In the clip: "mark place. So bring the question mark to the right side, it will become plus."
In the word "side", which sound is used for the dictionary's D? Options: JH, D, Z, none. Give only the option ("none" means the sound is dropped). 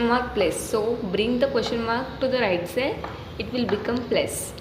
none